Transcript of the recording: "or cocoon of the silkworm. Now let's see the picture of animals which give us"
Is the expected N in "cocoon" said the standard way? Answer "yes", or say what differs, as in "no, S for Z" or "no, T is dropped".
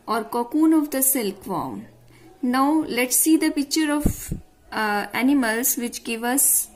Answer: yes